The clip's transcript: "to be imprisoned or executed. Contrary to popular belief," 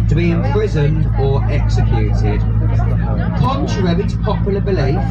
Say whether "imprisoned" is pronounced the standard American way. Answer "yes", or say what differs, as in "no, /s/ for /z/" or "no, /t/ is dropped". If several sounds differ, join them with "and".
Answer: yes